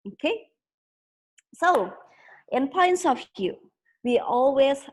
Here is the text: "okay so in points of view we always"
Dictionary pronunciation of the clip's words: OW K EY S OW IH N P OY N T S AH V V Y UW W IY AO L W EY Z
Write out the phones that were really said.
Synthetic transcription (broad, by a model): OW K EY S OW IH N P OY N T S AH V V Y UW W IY AO L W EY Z